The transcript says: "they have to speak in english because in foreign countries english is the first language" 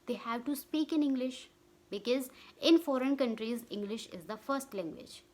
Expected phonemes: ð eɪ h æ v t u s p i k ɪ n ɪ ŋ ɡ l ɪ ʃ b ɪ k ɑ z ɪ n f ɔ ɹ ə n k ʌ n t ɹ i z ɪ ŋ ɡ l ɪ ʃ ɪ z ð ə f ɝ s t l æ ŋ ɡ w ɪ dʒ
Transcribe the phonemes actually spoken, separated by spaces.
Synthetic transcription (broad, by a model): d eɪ h æ v t u s p i k ɪ n ɪ ŋ ɡ l ɪ ʃ b ɪ k ɑ z ɪ n f ɔ ɹ ə n k ʌ n t ɹ i z ɪ ŋ ɡ l ɪ ʃ ɪ z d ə f ɝ s t l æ ŋ ɡ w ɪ dʒ